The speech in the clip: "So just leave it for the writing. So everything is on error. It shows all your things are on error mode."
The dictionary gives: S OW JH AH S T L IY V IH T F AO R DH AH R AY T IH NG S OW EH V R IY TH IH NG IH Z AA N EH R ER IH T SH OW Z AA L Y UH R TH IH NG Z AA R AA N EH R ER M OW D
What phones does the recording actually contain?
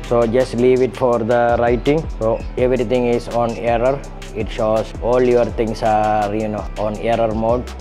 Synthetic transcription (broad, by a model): S OW JH AH S T L IY V IH T F AO R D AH R AY T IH NG S OW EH V R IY T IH NG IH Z AA N EH R ER IH T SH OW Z AA L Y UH R T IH NG S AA R AA N EH R ER M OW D